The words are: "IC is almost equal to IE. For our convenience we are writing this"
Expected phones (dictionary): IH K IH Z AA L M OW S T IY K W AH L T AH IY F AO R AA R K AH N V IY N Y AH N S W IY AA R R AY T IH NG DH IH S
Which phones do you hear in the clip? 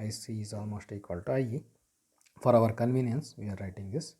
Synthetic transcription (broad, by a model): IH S IH Z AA L M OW S T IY K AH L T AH IY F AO R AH R K AH N V IY N Y AH N S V IY AA R R AY T IH NG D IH S